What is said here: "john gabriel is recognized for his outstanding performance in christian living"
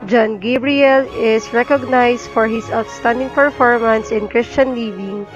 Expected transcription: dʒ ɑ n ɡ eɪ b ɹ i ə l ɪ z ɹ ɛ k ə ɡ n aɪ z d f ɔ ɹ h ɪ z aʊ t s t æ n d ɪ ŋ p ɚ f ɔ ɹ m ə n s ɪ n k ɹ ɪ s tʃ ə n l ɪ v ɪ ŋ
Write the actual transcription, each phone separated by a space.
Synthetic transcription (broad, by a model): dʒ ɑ n ɡ eɪ b ɹ i ə l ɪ s ɹ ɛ k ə ɡ n aɪ s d f ɔ ɹ h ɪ s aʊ t s t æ n d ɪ ŋ p ɚ f ɔ ɹ m ə n s ɪ n k ɹ ɪ s tʃ ə n l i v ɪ ŋ